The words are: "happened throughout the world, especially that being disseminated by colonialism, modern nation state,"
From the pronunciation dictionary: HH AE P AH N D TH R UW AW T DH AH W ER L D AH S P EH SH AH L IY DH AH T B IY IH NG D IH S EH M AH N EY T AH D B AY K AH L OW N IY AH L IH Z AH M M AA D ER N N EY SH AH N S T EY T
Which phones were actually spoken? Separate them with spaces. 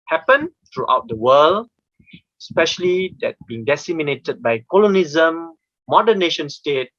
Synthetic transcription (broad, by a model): HH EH P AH N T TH R UW AW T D AH W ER L AH S P EH SH AH L IY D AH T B IY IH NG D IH S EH M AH N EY T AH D B AY K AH L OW N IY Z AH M M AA D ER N N EY SH AH N S T EY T